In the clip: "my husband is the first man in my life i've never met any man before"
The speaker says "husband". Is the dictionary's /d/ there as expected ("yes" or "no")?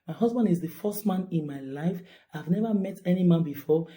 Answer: yes